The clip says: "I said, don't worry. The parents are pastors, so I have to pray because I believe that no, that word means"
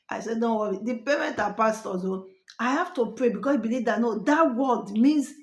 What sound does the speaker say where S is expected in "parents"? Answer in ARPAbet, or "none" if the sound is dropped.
none